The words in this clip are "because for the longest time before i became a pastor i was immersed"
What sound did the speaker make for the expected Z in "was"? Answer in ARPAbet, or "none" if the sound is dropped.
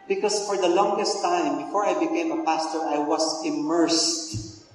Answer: S